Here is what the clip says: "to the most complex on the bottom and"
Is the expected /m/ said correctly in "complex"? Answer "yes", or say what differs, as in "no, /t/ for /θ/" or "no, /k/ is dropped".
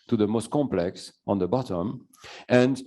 yes